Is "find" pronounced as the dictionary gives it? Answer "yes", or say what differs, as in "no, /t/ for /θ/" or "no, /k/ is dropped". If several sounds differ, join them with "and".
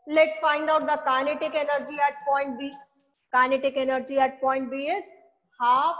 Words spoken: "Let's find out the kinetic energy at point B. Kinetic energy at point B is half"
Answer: yes